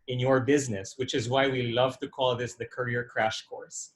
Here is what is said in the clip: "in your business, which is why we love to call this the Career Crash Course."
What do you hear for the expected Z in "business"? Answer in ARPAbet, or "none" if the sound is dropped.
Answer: Z